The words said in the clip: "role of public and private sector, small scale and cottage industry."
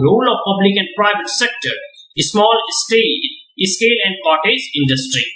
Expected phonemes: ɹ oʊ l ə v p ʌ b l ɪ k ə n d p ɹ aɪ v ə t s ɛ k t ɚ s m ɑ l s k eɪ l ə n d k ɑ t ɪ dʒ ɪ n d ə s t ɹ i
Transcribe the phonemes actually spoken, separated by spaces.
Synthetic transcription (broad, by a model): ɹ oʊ l ə v p ʌ b l ɪ k ə n d p ɹ aɪ v ə t s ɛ k t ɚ s m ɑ l s k eɪ l ə n d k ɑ t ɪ z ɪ n d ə s t ɹ i